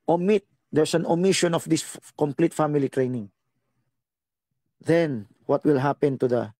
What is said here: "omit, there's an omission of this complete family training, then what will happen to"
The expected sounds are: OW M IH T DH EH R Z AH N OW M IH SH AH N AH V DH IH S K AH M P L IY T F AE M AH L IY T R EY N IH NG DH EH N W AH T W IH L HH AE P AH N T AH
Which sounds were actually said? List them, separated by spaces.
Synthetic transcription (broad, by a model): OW M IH T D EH R S AH N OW M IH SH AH N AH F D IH S K AH M P L IY T F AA M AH L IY T R EY N IH NG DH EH N W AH T W IH L HH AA P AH N T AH